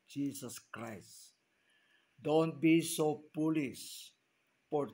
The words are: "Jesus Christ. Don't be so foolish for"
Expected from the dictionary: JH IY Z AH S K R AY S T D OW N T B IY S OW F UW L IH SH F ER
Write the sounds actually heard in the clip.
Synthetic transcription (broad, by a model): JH IY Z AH S K R AY S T D OW N T B IY S OW P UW L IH S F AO